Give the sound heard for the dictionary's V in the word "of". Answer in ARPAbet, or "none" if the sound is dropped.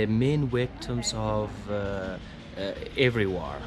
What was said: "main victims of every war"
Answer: V